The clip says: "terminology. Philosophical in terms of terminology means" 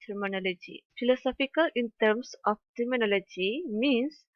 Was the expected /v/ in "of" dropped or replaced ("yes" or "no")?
yes